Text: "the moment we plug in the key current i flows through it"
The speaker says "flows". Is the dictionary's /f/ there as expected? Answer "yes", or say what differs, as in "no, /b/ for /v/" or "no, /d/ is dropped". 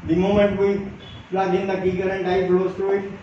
no, /p/ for /f/